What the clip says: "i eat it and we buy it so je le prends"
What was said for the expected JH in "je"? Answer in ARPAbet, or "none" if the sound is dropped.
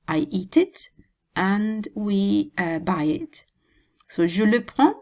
ZH